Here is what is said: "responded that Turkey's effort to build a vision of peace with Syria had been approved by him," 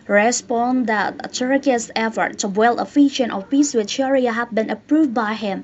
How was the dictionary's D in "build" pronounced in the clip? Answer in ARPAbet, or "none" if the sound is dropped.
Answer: none